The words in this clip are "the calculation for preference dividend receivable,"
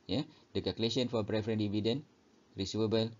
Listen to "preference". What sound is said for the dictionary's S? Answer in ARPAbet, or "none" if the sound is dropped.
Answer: none